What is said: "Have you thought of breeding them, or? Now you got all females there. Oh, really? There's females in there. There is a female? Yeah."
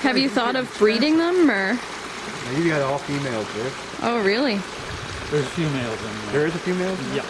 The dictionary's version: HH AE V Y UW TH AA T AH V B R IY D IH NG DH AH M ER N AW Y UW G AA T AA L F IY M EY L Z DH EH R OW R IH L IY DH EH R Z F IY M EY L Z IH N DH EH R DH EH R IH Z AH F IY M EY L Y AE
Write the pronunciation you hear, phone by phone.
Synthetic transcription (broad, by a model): HH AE V Y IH TH AA T AH V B R IY D IH NG DH AH M ER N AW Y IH G AA T AA L F IY M EY L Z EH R OW R IH L IY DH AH R Z F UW M EY L Z IH N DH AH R R IH Z AH F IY M EY L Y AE